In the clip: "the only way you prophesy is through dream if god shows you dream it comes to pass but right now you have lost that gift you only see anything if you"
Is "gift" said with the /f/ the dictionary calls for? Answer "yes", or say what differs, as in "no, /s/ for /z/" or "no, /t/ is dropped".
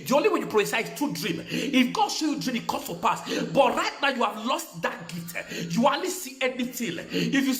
no, /f/ is dropped